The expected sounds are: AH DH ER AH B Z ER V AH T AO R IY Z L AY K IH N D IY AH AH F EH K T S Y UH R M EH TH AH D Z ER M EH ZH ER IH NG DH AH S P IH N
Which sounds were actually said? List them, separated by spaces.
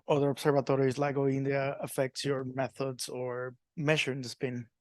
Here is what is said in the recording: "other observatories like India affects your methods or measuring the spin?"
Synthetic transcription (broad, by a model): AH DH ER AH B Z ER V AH T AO R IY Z L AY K IH N D IY AH AH F EH K T S Y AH R M EH TH AH D Z ER M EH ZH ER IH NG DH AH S P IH N